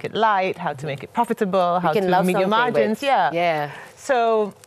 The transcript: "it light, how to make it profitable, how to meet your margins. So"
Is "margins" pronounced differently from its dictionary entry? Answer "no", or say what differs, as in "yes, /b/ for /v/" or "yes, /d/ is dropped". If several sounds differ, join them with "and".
yes, /dʒ/ is dropped